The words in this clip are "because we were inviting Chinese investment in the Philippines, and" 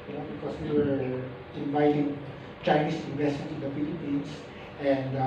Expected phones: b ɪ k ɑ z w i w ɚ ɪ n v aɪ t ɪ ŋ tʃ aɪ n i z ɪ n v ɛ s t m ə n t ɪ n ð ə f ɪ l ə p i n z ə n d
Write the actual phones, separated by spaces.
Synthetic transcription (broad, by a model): b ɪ k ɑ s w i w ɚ ɪ n v aɪ t ɪ ŋ tʃ aɪ n i s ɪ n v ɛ s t m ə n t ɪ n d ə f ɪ l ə p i n s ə n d